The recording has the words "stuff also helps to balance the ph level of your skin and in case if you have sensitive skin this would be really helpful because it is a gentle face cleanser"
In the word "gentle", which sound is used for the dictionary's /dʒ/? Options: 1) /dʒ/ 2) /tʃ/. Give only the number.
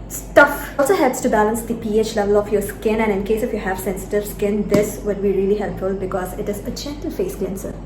2